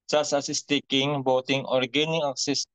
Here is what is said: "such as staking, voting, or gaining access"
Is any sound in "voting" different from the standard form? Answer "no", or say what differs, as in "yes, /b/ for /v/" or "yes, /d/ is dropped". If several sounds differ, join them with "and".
yes, /b/ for /v/